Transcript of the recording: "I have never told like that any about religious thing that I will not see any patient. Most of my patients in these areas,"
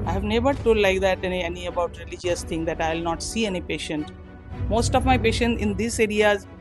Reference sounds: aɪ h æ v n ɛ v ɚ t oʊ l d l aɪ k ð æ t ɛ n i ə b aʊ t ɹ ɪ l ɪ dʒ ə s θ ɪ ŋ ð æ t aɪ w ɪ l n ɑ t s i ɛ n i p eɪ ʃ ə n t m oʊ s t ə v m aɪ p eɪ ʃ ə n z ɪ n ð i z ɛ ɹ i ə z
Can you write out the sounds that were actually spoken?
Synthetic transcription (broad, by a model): aɪ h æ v n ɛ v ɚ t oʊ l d l aɪ k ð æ t ɛ n i ə b aʊ t ɹ ɪ l ɪ dʒ ə s t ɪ ŋ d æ t aɪ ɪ l n ɑ t s i ɛ n i p eɪ ʃ ə n t m oʊ s t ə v m aɪ p eɪ ʃ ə n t ɪ n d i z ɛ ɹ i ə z